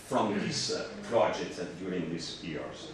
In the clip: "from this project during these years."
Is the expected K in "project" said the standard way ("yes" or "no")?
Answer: no